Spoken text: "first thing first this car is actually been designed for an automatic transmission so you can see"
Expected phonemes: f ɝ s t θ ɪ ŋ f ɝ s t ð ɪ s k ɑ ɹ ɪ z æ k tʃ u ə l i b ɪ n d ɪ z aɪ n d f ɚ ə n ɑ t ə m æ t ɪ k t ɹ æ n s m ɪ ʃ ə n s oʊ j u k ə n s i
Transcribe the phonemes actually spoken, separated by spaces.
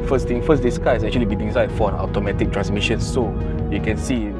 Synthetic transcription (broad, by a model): f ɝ s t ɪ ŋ f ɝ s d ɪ s k ɑ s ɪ k tʃ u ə l i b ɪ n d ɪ s aɪ d f ə n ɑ t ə m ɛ t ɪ k t ɹ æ n s m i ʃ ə n s oʊ j u k ə n s i